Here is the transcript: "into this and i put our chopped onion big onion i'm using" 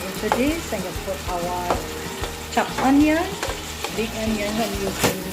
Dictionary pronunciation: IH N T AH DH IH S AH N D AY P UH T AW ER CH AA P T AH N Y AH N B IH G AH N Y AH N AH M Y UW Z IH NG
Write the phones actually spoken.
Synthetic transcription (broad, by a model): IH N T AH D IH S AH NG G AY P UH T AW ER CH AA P AH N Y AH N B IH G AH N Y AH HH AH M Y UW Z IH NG